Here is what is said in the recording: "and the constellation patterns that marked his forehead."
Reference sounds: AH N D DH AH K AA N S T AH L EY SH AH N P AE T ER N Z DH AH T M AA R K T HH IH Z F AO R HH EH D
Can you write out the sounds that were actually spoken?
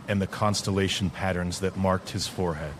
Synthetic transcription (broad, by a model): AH N DH AH K AA N S T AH L EY SH N P AE T ER N Z DH AH T M AA R K T HH IH Z F AO R HH EH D